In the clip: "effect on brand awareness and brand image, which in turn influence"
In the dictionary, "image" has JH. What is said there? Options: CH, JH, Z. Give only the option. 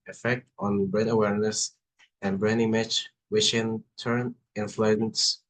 CH